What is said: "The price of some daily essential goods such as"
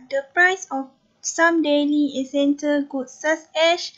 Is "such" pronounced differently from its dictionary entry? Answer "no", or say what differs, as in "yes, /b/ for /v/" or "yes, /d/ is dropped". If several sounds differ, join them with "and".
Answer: yes, /s/ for /tʃ/